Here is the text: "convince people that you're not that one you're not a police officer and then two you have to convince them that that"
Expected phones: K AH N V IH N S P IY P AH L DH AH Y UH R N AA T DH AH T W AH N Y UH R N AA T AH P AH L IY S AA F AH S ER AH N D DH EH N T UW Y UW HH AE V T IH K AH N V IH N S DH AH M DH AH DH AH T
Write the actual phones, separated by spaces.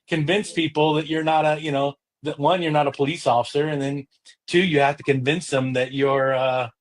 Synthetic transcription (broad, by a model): K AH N V IH N S P IY P L DH AH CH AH R N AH T DH AH T W AH N Y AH R N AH T AH P AH L IY S AA F AH S ER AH N DH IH N T UW Y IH HH AE F T IH K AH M V IH N S DH AH M DH AH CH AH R